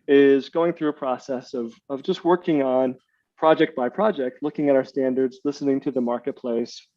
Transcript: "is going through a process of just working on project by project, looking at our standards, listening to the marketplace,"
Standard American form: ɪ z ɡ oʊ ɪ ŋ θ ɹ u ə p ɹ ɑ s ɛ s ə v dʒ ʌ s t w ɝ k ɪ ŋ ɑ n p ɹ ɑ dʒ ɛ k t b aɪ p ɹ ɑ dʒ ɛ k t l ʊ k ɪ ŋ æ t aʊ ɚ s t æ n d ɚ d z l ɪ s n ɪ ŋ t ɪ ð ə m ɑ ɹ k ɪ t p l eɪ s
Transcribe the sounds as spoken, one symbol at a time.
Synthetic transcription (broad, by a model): ɪ z ɡ oʊ ɪ ŋ θ ɹ u ə p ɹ ɑ s ɛ s ə v dʒ ʌ s t w ɝ k ɪ ŋ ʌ n p ɹ ɑ dʒ ɛ k t b aɪ p ɹ ɑ dʒ ɛ k t l ʊ k ɪ ŋ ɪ t aʊ ɚ s t æ n d ɚ d z l ɪ s n ɪ ŋ t ɪ ð ə m ɑ ɹ k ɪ t p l eɪ s